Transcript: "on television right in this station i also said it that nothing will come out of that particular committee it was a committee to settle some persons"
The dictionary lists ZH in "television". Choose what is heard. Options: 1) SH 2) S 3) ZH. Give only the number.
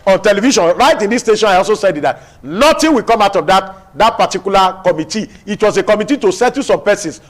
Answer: 1